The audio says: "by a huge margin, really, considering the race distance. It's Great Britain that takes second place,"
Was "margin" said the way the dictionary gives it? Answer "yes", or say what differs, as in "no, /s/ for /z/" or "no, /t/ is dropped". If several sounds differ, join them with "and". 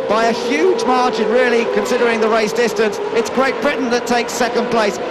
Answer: no, /tʃ/ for /dʒ/